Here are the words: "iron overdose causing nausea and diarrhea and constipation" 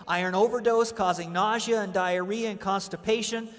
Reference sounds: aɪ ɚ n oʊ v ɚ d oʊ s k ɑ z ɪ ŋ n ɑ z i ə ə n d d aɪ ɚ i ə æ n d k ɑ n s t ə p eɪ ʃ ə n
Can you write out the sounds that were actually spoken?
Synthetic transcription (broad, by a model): aɪ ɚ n oʊ v ɚ d oʊ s k ɑ z ɪ ŋ n ɑ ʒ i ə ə n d d aɪ ɚ i ə n k ɑ n s t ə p eɪ ʃ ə n